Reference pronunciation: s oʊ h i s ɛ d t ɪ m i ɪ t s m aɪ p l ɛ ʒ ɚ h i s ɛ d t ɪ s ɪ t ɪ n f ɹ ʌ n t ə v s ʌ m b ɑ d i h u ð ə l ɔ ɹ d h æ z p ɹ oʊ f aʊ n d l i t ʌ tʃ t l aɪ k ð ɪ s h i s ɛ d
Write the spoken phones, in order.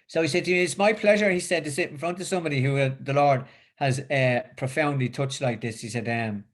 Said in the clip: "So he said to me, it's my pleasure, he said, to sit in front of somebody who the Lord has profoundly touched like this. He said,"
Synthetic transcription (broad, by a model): s oʊ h i s ɛ d t ɪ m i ɪ t s m aɪ p l ɛ ʒ ɚ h i s ɛ d t ɪ s ɪ t ɪ n f ɹ ʌ n t ə v s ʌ m b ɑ d i h u ð ə l ɔ ɹ d h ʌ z p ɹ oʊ f aʊ n d l i t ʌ tʃ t l aɪ k ð ɪ s h i s ɛ d